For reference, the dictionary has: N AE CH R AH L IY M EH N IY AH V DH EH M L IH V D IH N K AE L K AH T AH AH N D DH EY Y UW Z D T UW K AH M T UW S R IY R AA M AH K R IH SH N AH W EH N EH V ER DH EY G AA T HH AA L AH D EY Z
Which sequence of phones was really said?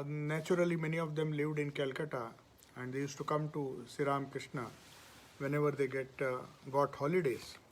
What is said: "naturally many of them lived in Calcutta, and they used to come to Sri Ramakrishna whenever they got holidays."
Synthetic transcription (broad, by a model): N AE CH R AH L IY M EH N IY AH V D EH M L IH V D IH N K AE L K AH T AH AH N D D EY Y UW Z T UW K AH M T UW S IY R AA M K R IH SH N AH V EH N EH V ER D EY G AA T HH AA L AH D EY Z